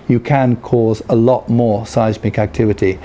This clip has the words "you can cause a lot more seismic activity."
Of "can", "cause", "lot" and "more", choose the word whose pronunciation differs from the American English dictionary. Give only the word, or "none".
none